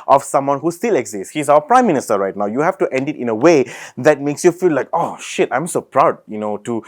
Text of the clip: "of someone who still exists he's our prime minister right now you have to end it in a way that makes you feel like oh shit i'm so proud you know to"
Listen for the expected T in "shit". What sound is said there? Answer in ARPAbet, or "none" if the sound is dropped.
T